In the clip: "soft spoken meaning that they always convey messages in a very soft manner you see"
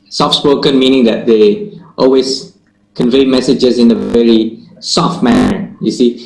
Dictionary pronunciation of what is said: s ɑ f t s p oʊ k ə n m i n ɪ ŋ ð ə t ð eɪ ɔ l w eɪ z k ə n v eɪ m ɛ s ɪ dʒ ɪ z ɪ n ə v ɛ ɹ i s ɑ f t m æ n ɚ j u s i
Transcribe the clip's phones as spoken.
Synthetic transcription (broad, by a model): s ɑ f s p oʊ k ə n m i n ɪ ŋ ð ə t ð eɪ ɔ l w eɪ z k ə n v eɪ m ɛ s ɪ dʒ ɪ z ɪ n ə v ɛ ɹ i s ɑ f t m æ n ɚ j u s i